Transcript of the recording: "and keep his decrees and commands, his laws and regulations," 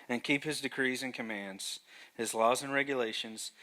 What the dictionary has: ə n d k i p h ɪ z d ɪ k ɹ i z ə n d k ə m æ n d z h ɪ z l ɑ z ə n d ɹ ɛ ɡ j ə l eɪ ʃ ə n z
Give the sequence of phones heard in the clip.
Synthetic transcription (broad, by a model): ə n k i p h ɪ z d ɪ k ɹ i z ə n k ə m æ n d z h ɪ z l ɑ z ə n ɹ ɛ ɡ j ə l eɪ ʃ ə n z